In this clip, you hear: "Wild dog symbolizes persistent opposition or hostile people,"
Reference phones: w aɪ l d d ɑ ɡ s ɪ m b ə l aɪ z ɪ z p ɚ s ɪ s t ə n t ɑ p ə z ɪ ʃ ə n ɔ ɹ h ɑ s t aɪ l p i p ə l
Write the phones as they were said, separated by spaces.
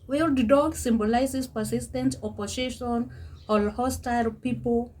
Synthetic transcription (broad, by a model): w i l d d ɑ ɡ s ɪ m b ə l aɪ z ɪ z p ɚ s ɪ s t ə n t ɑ p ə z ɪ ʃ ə n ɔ l h ɑ s t aɪ l p i p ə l